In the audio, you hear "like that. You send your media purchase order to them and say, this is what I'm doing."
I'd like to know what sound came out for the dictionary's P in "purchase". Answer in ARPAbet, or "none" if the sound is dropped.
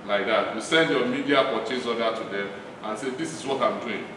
F